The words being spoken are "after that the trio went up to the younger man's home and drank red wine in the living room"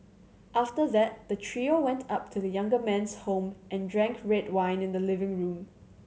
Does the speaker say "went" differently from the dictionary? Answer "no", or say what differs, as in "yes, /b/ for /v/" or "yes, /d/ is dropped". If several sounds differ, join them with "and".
no